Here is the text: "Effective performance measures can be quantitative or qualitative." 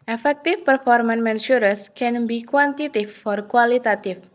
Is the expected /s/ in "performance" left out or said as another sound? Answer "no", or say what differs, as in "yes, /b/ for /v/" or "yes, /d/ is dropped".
yes, /s/ is dropped